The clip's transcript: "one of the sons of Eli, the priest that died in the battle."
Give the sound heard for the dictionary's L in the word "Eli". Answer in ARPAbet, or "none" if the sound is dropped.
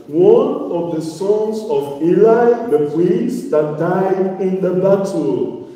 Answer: L